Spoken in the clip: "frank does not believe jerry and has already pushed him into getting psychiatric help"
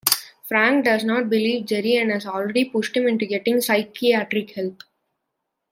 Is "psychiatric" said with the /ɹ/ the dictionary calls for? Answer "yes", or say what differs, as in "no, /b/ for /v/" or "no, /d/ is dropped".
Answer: yes